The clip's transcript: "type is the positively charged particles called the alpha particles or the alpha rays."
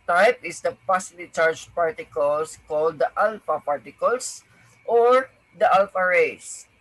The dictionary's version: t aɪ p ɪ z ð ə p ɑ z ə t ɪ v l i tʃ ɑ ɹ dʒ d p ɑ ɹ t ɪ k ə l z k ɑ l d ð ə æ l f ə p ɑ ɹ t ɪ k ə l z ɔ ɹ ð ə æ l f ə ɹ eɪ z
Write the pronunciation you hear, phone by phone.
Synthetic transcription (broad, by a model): t aɪ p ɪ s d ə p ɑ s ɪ l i tʃ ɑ ɹ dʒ p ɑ ɹ t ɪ k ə l s k ɑ l d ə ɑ l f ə p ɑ ɹ t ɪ k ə l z ɔ ɹ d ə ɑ l f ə ɹ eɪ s